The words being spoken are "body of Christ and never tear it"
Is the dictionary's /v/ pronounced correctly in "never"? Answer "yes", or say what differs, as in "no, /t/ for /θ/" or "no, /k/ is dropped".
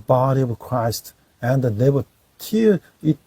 no, /b/ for /v/